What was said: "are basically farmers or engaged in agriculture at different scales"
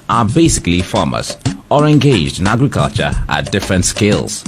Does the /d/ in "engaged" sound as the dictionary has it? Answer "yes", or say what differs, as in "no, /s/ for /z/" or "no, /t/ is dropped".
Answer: yes